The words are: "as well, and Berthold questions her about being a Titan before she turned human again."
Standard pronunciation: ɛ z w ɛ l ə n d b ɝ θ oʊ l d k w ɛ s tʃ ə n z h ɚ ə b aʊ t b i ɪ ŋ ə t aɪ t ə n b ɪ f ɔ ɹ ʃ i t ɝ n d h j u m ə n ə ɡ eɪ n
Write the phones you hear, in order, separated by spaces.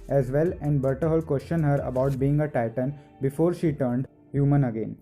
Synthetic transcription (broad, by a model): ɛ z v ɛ l ə n d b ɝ t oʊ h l k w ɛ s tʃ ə n h ɚ ə b aʊ t b i ɪ ŋ ə t aɪ t ə n b ɪ f ɔ ɹ ʃ i t ɝ n d h j u m ə n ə ɡ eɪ n